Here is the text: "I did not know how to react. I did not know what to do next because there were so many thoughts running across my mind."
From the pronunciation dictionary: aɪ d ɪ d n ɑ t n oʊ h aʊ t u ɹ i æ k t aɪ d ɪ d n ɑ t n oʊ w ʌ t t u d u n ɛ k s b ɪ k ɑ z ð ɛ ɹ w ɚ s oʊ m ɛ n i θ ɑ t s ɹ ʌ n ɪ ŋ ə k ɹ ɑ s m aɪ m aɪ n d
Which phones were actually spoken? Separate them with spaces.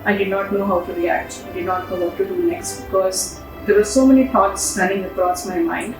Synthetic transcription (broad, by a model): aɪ d ɪ d n ɑ t n oʊ h aʊ t u ɹ i æ k t aɪ d ɪ d n ɑ t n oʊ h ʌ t t u d u n ɛ k s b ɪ k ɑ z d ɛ ɹ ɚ s oʊ m ɛ n i t ɑ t s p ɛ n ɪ ŋ ə k ɹ ɑ s m aɪ m aɪ n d